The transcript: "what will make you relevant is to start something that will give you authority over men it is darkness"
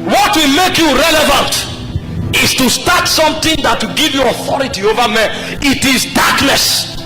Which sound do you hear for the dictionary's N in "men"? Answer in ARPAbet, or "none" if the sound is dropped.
none